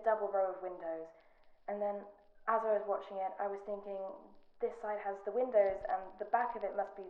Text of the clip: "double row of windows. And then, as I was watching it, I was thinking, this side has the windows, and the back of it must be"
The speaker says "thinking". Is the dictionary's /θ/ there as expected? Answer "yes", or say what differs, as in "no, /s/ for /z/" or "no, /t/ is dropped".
yes